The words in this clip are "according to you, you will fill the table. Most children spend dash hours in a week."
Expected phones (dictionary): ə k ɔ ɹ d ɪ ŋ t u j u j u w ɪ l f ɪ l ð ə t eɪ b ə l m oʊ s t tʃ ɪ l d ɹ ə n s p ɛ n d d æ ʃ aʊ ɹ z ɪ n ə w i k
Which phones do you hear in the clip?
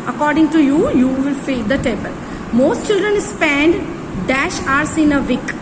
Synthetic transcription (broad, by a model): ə k ɔ ɹ d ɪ ŋ t u j u j u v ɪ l f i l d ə t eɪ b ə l m oʊ s t tʃ ɪ l d ɹ ə n s p ɛ n d d æ ʃ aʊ ɹ s ɪ n ə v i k